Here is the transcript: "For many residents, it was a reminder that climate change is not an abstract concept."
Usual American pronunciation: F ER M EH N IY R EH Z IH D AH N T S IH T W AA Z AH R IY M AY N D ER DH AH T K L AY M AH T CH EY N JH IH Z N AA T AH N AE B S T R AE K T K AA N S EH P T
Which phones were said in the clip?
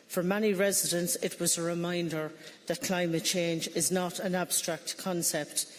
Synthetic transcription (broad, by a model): F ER M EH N IY R EH Z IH D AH N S IH T W AA Z AH R IY M AY N D ER DH AH T K L AY M AH T CH EY N JH IH Z N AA T AH N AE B S T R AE K T K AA N S EH P T